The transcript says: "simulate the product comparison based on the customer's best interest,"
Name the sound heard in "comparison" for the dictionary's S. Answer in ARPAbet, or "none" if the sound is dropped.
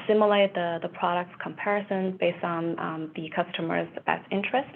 S